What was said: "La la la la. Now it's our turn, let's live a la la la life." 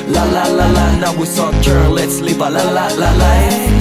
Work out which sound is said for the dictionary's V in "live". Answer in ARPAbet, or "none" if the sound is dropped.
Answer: P